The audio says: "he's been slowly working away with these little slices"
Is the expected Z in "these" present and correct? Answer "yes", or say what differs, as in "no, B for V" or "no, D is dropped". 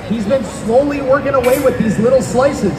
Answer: yes